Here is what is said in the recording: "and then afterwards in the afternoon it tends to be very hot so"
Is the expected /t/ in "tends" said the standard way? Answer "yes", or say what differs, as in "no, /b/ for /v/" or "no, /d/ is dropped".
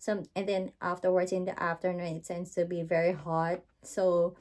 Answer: no, /s/ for /t/